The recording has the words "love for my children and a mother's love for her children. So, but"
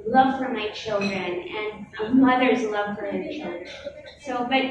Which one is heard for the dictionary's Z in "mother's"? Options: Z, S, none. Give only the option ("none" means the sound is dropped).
Z